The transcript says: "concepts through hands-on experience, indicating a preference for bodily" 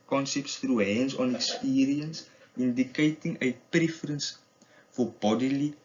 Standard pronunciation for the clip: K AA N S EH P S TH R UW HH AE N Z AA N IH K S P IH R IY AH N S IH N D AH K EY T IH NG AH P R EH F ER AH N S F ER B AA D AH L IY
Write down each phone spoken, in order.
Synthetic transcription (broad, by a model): K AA N S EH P S T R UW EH N S AA N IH K S P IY R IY AH N S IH N D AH K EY T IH NG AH P R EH F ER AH N S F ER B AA D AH L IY